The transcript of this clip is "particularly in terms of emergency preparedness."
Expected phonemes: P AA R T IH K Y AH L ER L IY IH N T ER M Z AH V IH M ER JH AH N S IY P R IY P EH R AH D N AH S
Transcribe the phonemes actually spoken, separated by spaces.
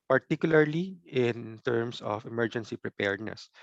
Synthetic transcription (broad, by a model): P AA R T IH K Y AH L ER L IY IH N T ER M S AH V IH M ER JH AH N S IY P R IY P EH R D N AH S